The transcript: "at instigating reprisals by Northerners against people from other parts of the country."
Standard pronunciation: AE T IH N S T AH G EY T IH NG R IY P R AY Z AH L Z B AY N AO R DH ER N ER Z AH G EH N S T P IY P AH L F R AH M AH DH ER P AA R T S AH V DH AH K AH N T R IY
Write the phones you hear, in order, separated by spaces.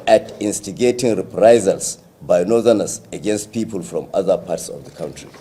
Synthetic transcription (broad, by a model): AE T IH N S T AH G EY T IH NG R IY P R AY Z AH L S B AY N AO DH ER N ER S AH G EH N S T P IY P AH L F R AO M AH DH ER P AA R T S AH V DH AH K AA N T R IY